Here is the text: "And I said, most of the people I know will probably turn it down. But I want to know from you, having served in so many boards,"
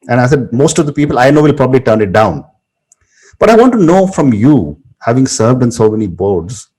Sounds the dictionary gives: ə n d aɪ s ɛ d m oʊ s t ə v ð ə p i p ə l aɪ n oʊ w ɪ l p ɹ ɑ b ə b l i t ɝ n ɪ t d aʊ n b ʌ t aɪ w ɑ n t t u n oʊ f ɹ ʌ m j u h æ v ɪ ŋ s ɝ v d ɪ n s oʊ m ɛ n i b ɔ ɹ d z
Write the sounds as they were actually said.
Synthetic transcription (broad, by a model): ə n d aɪ s ɛ d m oʊ s t ə v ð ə p i p ə l aɪ n oʊ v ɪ l p ɹ ɑ b ə b l i t ɝ n ɪ t d aʊ n b ʌ t aɪ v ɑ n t t u n oʊ f ɹ ʌ m j u h æ v ɪ ŋ s ɝ v d ɪ n s oʊ m ɛ n i b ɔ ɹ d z